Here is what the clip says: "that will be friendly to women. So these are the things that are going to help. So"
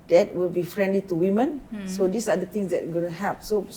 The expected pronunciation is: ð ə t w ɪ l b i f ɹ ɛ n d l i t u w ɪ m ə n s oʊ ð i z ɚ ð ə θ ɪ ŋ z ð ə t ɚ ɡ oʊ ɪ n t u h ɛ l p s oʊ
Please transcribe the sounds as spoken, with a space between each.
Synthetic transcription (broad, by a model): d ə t w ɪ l b i f ɹ ɛ n d l i t u w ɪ m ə n s oʊ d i s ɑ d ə t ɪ ŋ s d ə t ɡ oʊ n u h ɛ p s oʊ